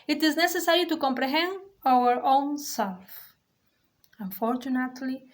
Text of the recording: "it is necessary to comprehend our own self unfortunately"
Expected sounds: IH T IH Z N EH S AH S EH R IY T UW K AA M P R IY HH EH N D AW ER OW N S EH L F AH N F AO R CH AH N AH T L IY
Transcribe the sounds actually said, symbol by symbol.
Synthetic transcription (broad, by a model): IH T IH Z N EH S AH S EH R IY T UW K AA M P R IY HH EH N D AW ER OW N S EH L F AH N F AO R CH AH N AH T L IY